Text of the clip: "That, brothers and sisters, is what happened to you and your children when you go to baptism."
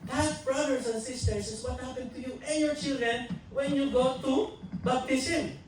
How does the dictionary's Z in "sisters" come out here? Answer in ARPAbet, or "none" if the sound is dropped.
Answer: S